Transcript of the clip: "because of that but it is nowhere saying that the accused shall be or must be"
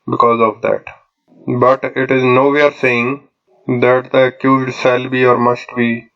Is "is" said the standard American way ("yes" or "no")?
yes